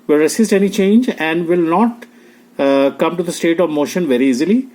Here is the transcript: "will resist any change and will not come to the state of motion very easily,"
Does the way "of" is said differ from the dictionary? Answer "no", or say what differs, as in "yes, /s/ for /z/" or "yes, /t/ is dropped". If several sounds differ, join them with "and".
no